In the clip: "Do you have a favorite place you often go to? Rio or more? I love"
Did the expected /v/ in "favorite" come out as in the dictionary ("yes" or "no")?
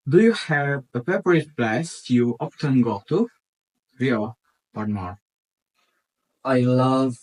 no